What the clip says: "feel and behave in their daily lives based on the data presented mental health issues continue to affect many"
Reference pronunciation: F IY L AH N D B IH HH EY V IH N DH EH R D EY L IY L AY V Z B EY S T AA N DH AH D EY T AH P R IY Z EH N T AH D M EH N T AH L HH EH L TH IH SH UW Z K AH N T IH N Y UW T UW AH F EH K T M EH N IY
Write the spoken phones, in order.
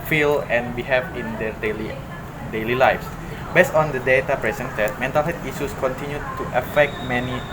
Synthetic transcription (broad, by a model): F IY L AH N B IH HH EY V IH N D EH L D EY L IY L AY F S B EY S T AA N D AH D EY T AH P R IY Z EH N T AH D M EH N T AH L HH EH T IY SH UW S K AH N T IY N Y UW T UW AH F EH K T M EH N IY